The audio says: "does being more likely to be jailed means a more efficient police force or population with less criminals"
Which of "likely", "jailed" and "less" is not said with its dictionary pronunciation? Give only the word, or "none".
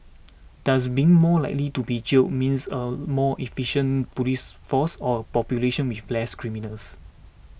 jailed